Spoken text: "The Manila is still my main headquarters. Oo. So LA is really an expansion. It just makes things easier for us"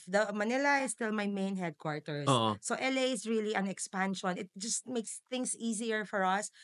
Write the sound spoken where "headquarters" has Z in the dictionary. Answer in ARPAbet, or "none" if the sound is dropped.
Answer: S